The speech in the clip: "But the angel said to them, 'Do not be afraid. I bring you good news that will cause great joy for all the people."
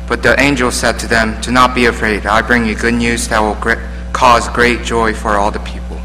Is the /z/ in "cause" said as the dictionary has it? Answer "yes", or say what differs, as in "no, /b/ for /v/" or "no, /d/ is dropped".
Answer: yes